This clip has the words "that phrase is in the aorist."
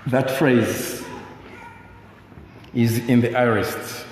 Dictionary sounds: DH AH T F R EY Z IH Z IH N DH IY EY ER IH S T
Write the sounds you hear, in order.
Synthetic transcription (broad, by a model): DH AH T F R EY Z IH Z IH N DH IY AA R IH S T